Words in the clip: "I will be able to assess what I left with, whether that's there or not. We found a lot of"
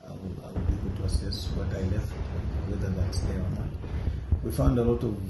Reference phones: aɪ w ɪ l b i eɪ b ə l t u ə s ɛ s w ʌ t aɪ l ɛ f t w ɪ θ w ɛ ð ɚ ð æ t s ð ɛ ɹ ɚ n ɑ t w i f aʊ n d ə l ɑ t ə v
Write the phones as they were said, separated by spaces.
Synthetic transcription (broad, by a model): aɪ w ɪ w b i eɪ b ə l t u ə s ɛ s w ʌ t aɪ l ɛ f t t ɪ w ɛ ð ɚ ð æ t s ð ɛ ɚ n ɑ t w i f aʊ n d ə l ɑ t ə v